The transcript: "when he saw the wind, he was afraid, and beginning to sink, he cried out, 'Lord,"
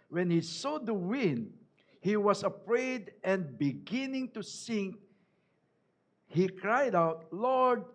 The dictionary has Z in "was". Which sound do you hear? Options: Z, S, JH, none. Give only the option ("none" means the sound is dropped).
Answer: S